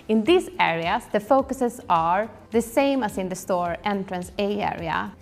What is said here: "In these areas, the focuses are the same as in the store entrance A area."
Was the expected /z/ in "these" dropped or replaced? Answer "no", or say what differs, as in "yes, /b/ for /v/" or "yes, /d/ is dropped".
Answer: yes, /s/ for /z/